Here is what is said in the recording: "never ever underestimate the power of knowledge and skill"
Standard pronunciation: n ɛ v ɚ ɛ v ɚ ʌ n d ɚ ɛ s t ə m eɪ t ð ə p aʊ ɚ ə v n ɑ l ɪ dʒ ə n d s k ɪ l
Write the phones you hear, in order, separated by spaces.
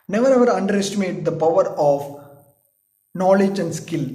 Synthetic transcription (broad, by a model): n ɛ v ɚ ɛ v ɚ ʌ n d ɚ ɛ s t ə m eɪ t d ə p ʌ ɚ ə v n ɑ l ɪ dʒ ə n d s k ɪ l